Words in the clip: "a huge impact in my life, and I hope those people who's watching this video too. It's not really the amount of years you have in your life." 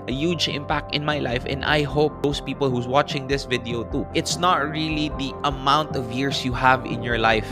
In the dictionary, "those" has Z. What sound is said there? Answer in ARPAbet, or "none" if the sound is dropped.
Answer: S